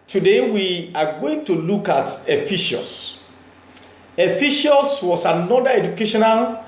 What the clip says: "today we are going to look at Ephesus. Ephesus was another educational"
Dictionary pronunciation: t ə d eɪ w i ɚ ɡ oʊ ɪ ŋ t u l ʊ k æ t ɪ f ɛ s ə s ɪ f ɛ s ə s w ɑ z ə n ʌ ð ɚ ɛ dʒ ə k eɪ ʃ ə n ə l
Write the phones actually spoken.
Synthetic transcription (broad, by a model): t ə d eɪ w i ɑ ɡ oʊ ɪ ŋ t u l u k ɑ t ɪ f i ʃ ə s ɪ f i ʃ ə s w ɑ s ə n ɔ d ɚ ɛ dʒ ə k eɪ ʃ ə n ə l